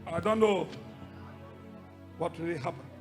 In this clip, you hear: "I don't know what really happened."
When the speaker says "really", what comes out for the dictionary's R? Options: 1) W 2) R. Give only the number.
1